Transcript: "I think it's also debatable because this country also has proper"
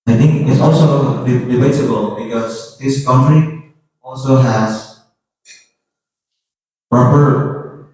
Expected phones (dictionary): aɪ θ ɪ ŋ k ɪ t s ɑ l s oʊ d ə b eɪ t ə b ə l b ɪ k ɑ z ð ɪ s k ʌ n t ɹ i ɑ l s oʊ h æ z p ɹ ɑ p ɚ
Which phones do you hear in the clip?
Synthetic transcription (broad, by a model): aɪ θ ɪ ŋ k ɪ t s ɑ l s oʊ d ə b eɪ s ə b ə l b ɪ k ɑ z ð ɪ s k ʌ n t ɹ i ɑ l s oʊ h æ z p ɹ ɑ p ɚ